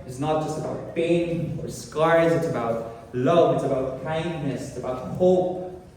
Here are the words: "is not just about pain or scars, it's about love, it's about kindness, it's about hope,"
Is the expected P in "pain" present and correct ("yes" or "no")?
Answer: no